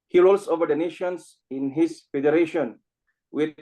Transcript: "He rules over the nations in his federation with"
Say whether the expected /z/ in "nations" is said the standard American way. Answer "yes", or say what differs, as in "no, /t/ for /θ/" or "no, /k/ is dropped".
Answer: no, /s/ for /z/